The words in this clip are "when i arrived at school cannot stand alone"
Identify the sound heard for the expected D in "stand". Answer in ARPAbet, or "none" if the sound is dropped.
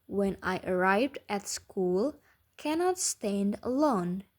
D